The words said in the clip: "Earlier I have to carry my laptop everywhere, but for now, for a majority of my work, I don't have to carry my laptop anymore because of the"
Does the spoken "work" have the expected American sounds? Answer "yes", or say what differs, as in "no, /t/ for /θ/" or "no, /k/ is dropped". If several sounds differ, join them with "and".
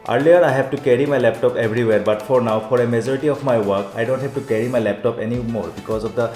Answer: yes